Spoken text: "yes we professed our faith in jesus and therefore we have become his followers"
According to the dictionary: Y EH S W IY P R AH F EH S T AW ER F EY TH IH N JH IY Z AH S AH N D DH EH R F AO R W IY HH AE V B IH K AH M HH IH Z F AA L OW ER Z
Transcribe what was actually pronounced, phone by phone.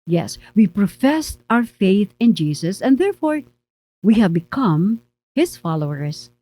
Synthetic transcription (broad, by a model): Y EH S W IY P R AH F EH S T AW ER F EY TH IH N JH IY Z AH S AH N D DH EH R F AO R W IY HH AE V B IH K AH M HH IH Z F AA L OW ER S